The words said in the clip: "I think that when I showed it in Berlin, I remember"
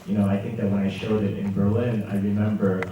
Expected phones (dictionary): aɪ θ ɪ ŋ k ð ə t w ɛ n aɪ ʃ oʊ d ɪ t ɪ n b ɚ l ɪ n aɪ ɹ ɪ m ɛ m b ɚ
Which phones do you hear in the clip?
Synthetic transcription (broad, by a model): aɪ θ ɪ ŋ k ð ə t w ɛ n aɪ ʃ oʊ d ɪ t ɪ n b ɚ l ɪ n aɪ ɹ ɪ m ɛ m b ɚ